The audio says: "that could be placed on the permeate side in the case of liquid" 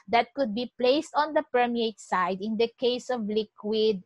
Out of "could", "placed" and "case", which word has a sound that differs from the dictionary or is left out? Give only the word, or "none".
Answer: none